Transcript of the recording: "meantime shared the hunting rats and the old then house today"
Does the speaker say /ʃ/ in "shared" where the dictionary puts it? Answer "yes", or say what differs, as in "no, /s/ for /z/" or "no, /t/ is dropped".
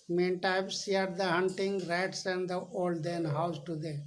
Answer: no, /s/ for /ʃ/